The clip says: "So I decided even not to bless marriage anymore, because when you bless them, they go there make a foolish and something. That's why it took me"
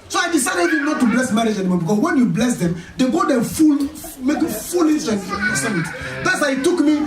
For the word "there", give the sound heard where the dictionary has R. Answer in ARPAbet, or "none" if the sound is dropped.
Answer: L